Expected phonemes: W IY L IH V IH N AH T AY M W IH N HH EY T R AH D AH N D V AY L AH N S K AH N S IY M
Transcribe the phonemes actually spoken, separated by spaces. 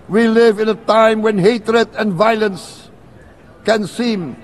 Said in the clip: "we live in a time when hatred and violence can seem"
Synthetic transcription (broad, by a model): W IY L IH V IH N AH T AY M W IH N HH EY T R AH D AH N V AY L AH N S K AH N S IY M